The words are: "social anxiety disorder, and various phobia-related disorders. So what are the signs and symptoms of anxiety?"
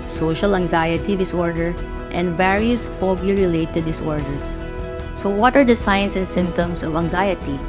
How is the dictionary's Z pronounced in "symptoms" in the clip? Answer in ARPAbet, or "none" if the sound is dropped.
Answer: S